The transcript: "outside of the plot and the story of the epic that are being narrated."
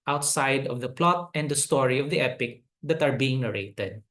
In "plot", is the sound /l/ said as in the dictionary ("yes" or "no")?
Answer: yes